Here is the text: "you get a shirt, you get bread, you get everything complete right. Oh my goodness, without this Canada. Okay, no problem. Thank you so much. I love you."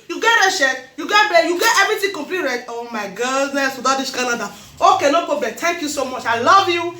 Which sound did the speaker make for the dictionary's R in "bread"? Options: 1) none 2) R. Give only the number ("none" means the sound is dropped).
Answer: 1